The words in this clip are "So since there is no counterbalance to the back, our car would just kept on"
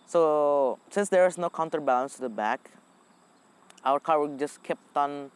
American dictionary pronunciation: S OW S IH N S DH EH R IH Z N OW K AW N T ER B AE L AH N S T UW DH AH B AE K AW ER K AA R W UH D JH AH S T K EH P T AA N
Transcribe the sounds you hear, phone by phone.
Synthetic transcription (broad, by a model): S OW S IH N S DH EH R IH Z N OW K AW N T ER B AE L AH N S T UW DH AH B AE K AW ER K AA R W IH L JH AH S K EH P T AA N